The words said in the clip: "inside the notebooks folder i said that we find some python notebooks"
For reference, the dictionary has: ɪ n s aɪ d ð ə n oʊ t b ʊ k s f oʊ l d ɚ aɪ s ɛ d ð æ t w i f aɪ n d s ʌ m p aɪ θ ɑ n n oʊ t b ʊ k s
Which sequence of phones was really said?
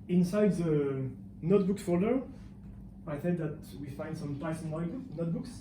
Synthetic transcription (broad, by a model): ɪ n s aɪ d ð ə n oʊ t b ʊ k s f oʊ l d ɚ aɪ θ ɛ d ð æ t w i f aɪ n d s ʌ m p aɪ s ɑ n n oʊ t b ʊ k s